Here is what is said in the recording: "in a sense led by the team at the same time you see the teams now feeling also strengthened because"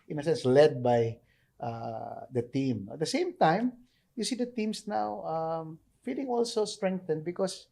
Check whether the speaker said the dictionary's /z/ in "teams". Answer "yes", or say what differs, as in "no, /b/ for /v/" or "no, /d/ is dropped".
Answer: no, /s/ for /z/